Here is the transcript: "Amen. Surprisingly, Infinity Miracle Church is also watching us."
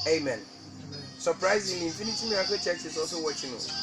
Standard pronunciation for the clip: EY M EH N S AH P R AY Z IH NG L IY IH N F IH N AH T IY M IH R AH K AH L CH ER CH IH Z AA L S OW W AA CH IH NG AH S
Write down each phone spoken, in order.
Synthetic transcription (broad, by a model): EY M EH N S AH P R AY Z IH NG L IY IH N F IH N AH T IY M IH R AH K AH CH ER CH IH S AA S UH W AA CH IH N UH